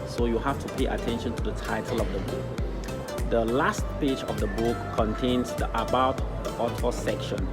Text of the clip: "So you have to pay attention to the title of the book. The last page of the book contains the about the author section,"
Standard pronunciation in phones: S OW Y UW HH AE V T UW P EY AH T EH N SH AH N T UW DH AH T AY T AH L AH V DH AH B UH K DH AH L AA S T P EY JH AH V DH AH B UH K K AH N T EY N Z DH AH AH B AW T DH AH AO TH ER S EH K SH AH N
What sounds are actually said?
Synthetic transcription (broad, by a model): S OW Y UW HH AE F T UW P EY AH T EH N SH AH N T UW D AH T AY T AH L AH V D AH B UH K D AH L AA S T P EY JH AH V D AH B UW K K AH N T EY N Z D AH AH B AW T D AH AO T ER S EH K SH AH N